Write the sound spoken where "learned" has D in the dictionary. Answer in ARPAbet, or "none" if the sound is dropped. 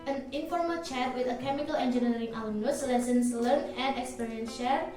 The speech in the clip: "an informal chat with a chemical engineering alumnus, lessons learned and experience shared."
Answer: none